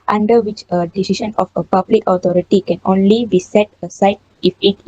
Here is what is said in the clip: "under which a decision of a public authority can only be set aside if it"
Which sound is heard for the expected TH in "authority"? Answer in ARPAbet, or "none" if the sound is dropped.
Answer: T